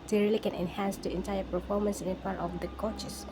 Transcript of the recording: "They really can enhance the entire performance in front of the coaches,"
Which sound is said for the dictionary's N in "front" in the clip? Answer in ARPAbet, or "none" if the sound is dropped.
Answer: none